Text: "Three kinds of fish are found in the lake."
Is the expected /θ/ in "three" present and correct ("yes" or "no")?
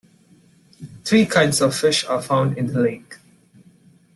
no